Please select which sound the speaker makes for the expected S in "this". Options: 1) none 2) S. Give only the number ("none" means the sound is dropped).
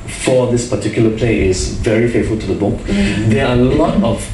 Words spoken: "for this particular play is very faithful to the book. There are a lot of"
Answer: 2